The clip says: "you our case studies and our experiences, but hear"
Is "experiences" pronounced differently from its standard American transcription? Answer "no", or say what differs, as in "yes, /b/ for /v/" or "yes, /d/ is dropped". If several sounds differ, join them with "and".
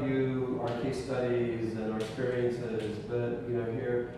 no